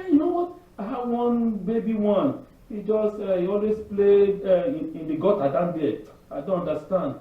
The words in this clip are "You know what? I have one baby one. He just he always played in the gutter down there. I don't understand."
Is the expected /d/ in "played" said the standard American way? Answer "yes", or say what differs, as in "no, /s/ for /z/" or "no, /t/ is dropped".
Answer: no, /d/ is dropped